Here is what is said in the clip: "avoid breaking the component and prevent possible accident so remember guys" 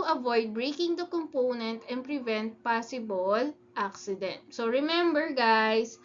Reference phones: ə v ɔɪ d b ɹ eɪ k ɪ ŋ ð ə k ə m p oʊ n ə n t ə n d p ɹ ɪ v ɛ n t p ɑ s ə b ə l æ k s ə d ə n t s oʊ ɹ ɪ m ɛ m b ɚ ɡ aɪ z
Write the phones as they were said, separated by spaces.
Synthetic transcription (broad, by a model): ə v ɔɪ d b ɹ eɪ k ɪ ŋ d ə k ə m p oʊ n ə n t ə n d p ɹ ɪ v ɛ n t p ɑ s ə b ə l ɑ k s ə d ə n t s oʊ ɹ ɪ m ɛ m b ɚ ɡ aɪ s